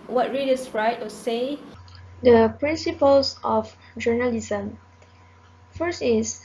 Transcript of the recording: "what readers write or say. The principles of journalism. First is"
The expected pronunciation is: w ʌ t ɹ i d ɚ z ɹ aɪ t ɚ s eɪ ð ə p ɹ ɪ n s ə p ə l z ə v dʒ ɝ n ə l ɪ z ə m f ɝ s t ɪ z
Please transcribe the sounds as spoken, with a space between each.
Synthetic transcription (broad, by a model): w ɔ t ɹ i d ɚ s ɹ aɪ t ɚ s eɪ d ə p ɹ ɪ n s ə p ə l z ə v dʒ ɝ n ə l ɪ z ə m f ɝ s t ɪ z